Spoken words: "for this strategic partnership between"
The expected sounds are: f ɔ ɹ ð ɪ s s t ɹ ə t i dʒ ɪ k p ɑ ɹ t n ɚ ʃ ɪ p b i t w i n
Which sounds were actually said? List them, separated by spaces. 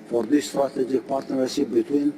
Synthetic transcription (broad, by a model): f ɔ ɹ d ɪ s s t ɹ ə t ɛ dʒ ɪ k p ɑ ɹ t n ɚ s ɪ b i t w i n